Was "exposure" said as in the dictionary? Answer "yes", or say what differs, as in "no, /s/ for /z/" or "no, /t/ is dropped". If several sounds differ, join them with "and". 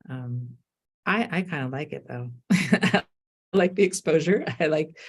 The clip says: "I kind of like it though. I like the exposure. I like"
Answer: yes